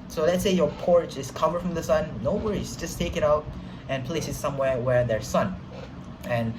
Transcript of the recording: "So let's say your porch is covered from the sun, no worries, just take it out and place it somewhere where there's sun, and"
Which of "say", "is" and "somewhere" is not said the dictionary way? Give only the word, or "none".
is